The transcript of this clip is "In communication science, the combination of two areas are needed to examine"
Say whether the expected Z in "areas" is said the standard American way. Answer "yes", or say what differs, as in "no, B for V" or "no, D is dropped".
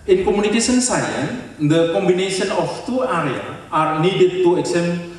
no, Z is dropped